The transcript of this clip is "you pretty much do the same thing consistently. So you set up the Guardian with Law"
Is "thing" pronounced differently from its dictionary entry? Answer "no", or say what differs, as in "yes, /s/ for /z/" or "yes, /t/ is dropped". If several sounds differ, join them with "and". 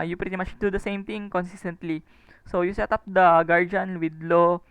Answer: yes, /t/ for /θ/